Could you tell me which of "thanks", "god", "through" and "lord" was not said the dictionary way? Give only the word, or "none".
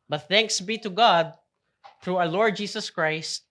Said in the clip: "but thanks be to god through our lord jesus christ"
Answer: none